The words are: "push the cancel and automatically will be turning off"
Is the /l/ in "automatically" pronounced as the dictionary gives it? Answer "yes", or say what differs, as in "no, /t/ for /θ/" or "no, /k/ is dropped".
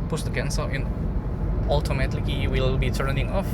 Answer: no, /l/ is dropped